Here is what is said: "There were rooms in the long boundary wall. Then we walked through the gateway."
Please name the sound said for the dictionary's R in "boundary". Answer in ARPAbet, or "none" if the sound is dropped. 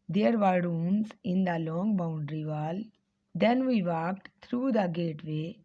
R